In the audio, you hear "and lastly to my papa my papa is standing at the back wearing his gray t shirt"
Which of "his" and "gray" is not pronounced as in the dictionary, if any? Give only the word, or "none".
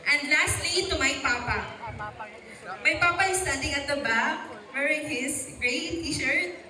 his